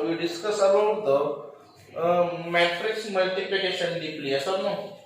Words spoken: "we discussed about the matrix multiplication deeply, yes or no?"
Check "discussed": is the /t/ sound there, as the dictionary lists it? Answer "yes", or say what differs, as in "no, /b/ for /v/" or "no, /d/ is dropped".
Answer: no, /t/ is dropped